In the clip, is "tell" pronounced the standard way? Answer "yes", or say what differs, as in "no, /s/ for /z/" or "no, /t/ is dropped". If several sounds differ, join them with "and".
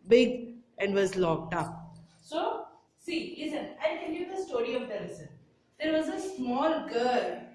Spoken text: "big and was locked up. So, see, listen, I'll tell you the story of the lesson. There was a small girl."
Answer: no, /n/ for /l/